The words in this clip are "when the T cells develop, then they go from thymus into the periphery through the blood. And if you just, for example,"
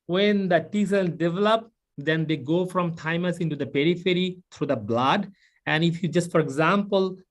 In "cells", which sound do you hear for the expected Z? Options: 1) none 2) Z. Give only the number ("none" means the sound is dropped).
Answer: 1